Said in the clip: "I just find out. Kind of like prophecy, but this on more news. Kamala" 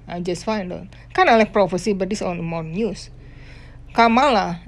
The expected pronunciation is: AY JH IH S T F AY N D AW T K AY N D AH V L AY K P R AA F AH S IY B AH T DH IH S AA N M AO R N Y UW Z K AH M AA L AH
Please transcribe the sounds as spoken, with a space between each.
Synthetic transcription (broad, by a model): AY JH IH S T F AY N D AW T K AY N AH L AY K P R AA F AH S IY B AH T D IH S AA N M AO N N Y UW S K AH M AA L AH